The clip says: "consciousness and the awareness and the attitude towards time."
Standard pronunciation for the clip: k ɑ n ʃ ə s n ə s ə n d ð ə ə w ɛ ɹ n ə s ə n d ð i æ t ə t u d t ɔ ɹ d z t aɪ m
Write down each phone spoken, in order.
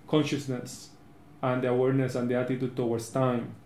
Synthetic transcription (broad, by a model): k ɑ n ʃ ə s n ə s ə n d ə ə w ɛ ɹ n ə s ə n d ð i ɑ t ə t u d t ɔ w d s t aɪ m